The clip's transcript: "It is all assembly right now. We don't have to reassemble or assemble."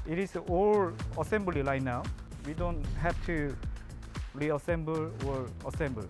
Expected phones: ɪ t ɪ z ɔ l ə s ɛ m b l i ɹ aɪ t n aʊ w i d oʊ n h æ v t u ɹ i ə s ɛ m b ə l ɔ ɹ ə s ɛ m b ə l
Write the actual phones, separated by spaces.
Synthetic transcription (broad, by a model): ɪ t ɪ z ɔ l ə s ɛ m b l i l aɪ n aʊ w i d oʊ n h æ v t u ɹ i ə s ɛ m b ə l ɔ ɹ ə s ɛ m b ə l